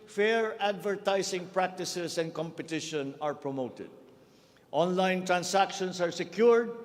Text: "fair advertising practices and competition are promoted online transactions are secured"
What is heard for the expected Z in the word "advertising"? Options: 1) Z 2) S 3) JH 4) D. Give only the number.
2